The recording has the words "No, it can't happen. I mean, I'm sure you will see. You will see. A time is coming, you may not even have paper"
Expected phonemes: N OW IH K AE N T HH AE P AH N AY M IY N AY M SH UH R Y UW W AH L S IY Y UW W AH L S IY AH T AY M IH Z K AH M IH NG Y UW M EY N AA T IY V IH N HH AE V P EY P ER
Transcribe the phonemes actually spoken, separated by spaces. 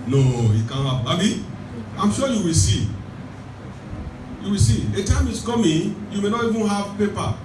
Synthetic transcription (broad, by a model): N OW IH K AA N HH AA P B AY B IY AY M SH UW Y UW W AH L S IY Y UW W AH L S IY AH T AY M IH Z K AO M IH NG Y UW M EY N AA T IY V IH N HH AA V P EY P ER